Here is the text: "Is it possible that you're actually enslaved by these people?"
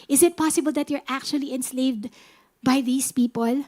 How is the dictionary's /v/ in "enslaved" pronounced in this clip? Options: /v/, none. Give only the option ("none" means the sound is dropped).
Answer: /v/